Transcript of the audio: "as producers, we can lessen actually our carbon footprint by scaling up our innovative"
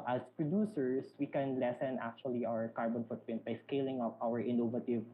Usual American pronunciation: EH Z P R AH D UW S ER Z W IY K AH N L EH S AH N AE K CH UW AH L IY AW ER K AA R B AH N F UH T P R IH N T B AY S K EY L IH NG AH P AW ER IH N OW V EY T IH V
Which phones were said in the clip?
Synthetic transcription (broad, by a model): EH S P R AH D UW S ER S W IY K AH N L EH S AH N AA K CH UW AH L IY AW ER K AA R B AH N F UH T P IH N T B AY S K EY L IH NG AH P AW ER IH N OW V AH T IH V